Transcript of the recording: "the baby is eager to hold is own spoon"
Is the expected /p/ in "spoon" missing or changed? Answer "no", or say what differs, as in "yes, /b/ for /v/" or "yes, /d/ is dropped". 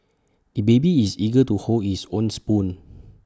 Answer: no